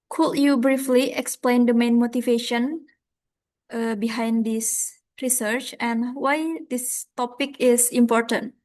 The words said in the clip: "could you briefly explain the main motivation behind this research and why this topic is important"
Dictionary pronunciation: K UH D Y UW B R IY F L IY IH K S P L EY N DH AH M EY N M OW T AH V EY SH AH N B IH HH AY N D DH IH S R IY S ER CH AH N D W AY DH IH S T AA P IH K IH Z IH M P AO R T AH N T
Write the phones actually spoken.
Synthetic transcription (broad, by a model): K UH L Y UW B R IY F L IY IH K S P L EY N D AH M EY N M OW T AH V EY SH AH N B IH HH AY N D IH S R IY S ER CH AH N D W AY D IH S T AA P IH K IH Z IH M P AO R T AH N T